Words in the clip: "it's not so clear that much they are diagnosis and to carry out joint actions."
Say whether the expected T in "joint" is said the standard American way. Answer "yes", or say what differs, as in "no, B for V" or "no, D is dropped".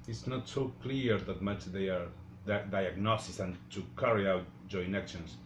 no, T is dropped